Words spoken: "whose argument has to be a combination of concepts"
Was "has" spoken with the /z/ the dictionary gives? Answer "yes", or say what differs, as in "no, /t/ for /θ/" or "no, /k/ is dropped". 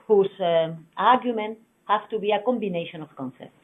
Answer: no, /s/ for /z/